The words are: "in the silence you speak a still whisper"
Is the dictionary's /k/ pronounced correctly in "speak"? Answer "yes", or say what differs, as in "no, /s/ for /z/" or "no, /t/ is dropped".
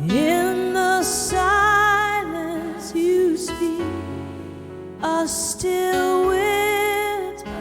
no, /k/ is dropped